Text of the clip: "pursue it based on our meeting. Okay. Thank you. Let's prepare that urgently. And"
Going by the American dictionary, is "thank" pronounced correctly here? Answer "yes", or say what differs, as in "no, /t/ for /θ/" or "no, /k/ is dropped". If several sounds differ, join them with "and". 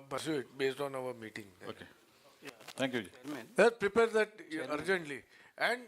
no, /t/ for /θ/